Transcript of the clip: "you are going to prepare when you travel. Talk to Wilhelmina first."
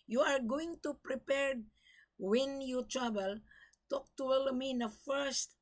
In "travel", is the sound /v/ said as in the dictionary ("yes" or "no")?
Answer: no